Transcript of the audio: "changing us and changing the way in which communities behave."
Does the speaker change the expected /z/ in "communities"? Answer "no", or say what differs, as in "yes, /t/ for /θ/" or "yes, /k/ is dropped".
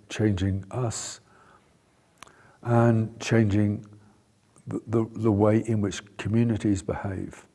no